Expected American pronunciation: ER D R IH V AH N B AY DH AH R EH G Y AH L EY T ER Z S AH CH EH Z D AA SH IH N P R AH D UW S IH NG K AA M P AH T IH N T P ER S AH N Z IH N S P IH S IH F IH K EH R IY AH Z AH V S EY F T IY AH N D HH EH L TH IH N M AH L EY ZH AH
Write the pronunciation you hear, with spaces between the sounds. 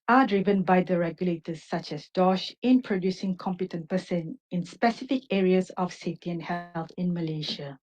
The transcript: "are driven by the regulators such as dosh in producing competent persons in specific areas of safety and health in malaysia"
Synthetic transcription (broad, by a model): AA D R IH V AH N B AY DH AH R EH G Y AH L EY T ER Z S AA CH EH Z D AA SH IH N P R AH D UW S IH NG K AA M P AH T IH N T P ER S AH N IH N S P IH S IH F IH K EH R IY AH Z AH F S EY F T IY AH N HH EH L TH IH N M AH L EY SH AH